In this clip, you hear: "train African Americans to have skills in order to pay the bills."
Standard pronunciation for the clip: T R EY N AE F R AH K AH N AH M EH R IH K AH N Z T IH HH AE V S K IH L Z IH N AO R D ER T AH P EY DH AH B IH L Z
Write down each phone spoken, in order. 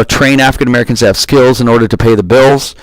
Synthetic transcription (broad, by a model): T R EY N AE F R AH K AH N AH M EH R IH K AH N Z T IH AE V S K IH L Z IH N AO R D ER T AH P EY DH AH B IH L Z